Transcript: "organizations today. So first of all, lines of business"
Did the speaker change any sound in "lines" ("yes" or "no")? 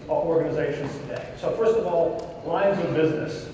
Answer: no